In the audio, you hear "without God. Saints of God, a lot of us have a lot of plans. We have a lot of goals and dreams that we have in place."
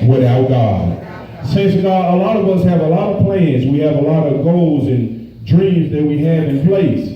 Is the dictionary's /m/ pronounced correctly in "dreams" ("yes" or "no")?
yes